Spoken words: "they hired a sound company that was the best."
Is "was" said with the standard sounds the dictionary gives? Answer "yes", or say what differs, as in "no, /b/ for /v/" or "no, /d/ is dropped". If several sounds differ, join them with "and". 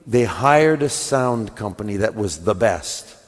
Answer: yes